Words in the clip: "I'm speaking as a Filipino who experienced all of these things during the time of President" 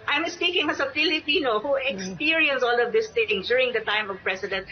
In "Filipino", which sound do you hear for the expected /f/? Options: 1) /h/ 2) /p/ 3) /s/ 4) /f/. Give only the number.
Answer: 2